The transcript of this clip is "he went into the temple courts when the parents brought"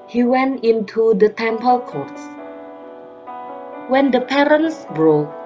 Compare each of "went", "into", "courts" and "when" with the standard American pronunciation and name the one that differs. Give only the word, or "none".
none